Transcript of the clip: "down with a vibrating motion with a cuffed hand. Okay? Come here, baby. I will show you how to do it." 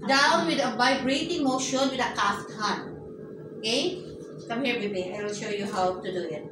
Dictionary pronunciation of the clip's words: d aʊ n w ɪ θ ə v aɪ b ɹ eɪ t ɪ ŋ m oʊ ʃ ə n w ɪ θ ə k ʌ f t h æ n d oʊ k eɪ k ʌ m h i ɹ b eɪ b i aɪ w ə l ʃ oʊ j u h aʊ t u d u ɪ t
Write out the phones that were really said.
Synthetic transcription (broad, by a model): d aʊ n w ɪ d ə b aɪ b ɹ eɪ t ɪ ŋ m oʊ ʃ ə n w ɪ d ə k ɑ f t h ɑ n oʊ k eɪ k ʌ m h i ɹ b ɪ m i aɪ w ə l ʃ oʊ j u h aʊ t u d u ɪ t